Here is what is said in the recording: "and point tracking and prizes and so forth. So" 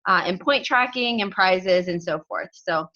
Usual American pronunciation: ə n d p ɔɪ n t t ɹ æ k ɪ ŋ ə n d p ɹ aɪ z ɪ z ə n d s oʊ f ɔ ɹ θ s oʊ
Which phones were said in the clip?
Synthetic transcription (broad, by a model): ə n p ɔɪ n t t ɹ æ k ɪ ŋ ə n p ɹ aɪ z ɪ z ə n s oʊ f ɔ ɹ θ s oʊ